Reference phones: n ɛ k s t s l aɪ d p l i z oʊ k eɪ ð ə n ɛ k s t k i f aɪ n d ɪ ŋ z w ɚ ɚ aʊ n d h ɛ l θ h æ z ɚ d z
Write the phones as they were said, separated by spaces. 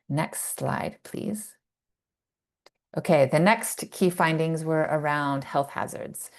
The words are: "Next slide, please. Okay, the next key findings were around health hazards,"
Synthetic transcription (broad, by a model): n ɛ k s t s l aɪ d p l i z oʊ k eɪ ð ə n ɛ k s t k i f aɪ n d ɪ ŋ z w ɚ ɚ aʊ n d h ɛ l θ h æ z ɚ d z